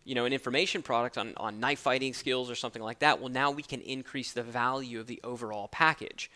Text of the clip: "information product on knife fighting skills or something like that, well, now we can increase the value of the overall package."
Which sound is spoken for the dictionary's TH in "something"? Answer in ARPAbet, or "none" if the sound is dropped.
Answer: TH